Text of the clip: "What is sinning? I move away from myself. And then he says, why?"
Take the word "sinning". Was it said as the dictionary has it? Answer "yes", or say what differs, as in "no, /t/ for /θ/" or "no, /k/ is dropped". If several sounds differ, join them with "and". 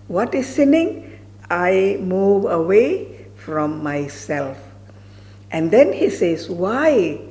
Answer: yes